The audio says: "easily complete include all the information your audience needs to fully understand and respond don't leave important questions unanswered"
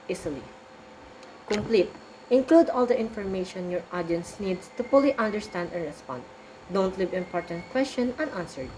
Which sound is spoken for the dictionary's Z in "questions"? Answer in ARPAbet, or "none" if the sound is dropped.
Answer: none